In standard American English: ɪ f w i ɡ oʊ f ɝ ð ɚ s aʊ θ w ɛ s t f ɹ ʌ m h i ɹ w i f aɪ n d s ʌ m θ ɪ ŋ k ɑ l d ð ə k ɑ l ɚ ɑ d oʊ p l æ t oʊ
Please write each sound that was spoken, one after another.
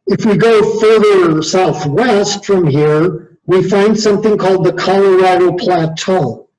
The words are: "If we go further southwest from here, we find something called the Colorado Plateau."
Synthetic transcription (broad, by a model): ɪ f w i ɡ oʊ f ɝ ð ɚ s aʊ θ w ɛ s t f ɹ ʌ m h i ɹ w i f aɪ n d s ʌ m θ ɪ ŋ k ɑ l d ð ə k ɑ l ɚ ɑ d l p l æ t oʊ